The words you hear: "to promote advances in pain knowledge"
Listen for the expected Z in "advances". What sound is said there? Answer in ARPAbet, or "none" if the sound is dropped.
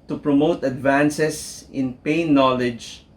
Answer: S